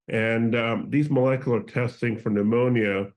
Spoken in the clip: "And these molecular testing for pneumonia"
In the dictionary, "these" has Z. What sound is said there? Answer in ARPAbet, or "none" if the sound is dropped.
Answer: Z